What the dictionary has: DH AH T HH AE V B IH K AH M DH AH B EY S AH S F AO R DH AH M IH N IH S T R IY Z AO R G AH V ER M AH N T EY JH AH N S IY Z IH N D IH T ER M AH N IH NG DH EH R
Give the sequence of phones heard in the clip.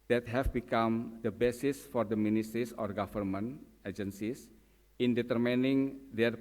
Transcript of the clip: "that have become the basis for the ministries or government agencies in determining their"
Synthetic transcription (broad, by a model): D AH T HH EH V B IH K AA M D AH B EY S AH S F AO R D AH M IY N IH S T R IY S AO R G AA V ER M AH N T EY JH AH N S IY S IH N D IH T ER M AH N IH NG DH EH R